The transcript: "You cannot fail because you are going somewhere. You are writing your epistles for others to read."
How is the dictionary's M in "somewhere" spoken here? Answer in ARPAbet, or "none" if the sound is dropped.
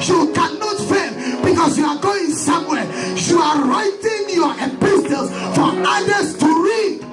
M